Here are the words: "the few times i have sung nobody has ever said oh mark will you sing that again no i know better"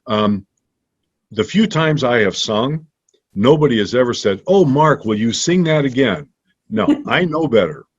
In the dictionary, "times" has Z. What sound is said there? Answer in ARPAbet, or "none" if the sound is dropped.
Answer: Z